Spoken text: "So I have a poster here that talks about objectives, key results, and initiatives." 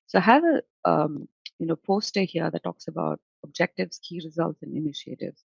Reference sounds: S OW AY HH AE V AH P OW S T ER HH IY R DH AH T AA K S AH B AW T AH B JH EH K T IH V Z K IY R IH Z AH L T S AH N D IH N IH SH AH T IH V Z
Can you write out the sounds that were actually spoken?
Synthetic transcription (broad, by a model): S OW HH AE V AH P OW S T ER HH IY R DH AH T AA K S AH B AW T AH B JH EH K T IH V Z K IY R IH Z AH L T S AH N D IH N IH SH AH T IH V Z